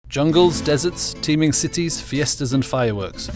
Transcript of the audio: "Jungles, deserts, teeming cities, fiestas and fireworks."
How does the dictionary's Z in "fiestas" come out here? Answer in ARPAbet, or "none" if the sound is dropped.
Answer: Z